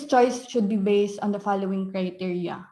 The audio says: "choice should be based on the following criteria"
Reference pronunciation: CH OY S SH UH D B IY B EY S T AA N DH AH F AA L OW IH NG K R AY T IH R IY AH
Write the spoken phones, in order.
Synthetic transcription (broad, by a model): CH OY S SH UH D B IY B EY S T AA N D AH F AA L OW IH NG K R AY T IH R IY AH